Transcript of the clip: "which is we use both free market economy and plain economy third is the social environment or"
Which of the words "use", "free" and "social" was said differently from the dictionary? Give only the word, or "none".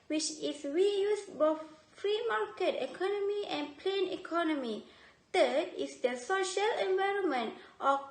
none